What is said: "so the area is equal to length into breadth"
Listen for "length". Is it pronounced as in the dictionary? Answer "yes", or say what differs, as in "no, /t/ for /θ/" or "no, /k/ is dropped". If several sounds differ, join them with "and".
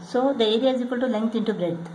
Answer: no, /t/ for /θ/